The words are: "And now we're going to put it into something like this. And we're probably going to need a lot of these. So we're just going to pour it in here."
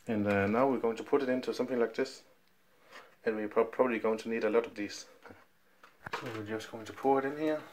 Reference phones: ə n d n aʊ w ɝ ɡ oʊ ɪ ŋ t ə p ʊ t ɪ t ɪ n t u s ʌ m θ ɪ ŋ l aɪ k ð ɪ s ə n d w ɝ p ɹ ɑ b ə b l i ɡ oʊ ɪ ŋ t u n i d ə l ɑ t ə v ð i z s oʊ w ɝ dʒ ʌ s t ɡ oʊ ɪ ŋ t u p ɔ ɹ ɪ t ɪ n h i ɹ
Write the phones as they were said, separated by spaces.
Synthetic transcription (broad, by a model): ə n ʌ n aʊ w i ɡ oʊ ɪ ŋ t ə p ʊ t ɪ t ɪ n t u s ʌ m θ ɪ ŋ l aɪ k ð ɪ s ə n w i p ɹ ɑ b ə b l i ɡ oʊ ɪ ŋ t u n i d ə l ɑ t ə v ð i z s oʊ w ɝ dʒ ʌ s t ɡ oʊ ɪ ŋ t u p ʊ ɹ ɪ t ɪ n h i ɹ